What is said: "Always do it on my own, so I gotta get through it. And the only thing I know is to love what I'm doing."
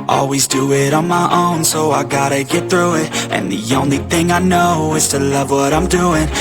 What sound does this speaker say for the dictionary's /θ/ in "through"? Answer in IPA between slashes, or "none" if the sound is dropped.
/θ/